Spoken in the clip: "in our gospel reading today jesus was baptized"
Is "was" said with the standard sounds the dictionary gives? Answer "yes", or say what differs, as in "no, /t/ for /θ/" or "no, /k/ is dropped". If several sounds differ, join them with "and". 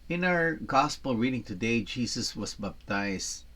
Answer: no, /s/ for /z/